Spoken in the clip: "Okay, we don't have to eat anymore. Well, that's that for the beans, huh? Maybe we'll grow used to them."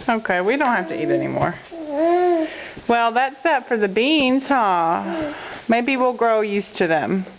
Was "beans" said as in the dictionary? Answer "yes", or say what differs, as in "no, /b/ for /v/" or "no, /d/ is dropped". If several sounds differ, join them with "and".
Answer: yes